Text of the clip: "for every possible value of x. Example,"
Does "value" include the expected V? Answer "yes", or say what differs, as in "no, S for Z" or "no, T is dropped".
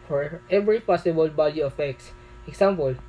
no, B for V